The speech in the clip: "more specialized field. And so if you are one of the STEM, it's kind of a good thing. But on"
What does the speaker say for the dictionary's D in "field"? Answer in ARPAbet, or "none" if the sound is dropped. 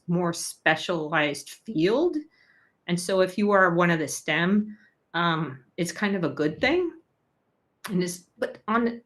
D